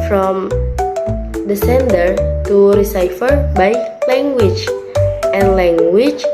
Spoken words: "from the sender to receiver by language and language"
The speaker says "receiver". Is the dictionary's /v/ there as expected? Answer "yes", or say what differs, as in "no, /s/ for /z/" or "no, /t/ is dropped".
no, /f/ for /v/